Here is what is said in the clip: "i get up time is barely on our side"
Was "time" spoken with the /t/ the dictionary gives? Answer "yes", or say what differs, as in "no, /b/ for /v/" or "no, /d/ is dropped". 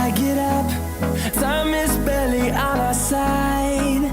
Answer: no, /s/ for /t/